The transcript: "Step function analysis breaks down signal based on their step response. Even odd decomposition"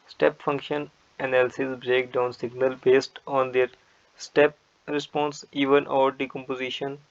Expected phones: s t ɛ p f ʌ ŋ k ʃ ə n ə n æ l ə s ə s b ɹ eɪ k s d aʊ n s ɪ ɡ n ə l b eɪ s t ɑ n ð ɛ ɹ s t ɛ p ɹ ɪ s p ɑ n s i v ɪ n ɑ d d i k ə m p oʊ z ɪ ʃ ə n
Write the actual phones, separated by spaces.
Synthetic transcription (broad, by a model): s t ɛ p f ʌ ŋ k ʃ ə n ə n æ l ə s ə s b ɹ eɪ k d aʊ n s ɪ ɡ n ə l b eɪ s t ɑ n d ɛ ɹ s t ɛ p ɹ ɪ s p ɑ n s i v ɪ n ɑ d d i k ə m p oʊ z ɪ ʃ ə n